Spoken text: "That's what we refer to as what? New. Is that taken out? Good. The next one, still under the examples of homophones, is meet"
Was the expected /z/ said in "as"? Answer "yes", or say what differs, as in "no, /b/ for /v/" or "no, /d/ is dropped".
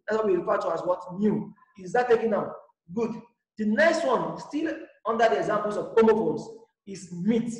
no, /s/ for /z/